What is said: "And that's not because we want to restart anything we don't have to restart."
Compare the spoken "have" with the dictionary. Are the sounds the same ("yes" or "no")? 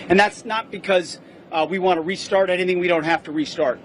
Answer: no